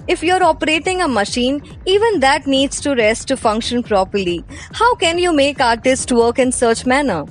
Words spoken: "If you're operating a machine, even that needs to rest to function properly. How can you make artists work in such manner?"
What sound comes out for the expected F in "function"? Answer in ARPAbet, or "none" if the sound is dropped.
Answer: F